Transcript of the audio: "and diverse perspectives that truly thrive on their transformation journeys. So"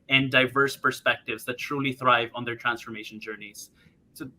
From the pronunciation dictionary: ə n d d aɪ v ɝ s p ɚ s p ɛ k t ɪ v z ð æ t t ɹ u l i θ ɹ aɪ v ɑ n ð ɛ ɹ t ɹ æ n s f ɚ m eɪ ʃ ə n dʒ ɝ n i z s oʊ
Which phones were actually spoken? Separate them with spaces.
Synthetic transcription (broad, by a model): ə n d d aɪ v ɝ s p ɚ s p ɛ k t ɪ v z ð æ t t ɹ u l i θ ɹ aɪ v ɑ n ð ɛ ɹ t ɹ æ n s f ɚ m eɪ ʃ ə n dʒ ɝ n i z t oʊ